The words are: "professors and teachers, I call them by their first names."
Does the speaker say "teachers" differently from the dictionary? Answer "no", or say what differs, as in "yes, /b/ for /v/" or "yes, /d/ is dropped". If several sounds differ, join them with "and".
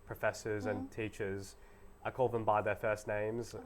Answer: no